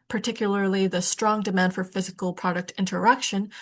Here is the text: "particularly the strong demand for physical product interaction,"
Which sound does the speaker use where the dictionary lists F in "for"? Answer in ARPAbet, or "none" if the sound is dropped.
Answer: F